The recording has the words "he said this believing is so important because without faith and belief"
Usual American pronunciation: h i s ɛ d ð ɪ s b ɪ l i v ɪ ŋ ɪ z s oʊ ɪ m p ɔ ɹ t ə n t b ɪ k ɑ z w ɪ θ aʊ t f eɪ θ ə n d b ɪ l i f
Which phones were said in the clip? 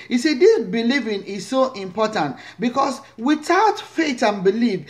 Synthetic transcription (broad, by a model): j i s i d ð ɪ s b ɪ l i v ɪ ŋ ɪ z s oʊ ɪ m p ɔ t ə n t b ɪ k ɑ s w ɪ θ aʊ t f eɪ t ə n b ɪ l i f